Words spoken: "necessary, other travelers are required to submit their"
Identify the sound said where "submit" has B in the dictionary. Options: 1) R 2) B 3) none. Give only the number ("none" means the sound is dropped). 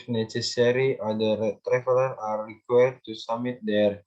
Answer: 3